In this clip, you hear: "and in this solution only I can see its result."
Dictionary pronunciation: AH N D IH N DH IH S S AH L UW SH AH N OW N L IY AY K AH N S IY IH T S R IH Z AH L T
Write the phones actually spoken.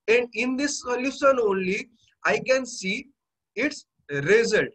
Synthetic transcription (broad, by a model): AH N D IH N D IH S S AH L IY S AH N OW N L IY AY K AH N S IY IH T S R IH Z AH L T